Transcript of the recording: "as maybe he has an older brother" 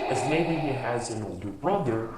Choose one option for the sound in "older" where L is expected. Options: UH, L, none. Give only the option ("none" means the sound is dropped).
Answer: L